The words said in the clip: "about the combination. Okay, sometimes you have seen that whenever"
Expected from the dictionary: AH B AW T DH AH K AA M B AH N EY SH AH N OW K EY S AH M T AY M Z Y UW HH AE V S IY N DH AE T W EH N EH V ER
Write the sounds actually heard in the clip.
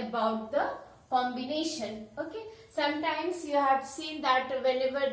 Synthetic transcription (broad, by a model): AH B AW T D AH K AA M B AH N EY SH AH N OW K EY S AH M T AY M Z Y UW HH AE V S IY N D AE T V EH N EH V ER